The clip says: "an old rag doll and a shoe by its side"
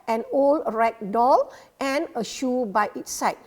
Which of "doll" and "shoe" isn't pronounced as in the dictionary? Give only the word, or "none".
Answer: none